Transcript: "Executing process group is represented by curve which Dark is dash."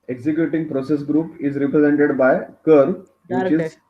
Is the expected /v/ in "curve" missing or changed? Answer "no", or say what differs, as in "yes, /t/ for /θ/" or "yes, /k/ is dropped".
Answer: no